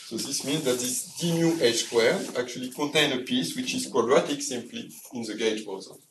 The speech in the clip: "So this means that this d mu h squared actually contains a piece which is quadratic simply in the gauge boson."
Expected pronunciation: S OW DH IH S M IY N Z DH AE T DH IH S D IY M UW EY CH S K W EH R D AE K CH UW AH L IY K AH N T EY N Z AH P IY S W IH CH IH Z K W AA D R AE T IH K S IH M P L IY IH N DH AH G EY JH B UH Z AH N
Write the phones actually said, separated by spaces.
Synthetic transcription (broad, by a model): S OW DH IH S M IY N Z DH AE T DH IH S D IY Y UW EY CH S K W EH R AE K CH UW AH L IY K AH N T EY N AH P IY S W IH CH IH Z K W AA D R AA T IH K S IH M P L IY IH N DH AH G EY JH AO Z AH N